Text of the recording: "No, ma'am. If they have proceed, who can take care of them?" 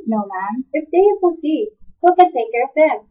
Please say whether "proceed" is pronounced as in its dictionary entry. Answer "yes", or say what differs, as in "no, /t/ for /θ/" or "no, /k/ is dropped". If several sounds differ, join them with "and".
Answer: no, /ɹ/ is dropped